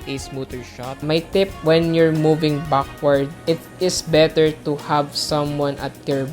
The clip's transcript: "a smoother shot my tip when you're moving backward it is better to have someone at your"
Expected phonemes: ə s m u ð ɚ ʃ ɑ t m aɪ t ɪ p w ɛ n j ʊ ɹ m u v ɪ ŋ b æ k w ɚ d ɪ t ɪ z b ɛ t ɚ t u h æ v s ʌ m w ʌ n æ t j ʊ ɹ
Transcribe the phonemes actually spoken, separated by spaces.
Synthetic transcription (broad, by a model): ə s m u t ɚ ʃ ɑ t m aɪ t ɪ p w ɛ n j ʊ ɹ m u v ɪ ŋ b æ k w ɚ d ɪ t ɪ s b ɛ t ɚ t u h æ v s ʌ m w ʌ n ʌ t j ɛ ɹ